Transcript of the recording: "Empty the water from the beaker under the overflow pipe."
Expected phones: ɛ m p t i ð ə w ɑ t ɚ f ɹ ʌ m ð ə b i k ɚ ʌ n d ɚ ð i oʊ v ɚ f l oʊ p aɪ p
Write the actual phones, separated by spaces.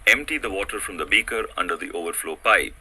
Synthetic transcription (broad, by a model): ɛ m p t i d ə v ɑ t ɚ f ɹ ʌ m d ə b i k ɚ ʌ n d ɚ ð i oʊ v ɚ f l oʊ p aɪ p